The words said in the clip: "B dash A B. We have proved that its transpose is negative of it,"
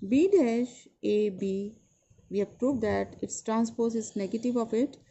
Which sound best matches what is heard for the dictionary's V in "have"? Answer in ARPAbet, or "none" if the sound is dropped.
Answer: P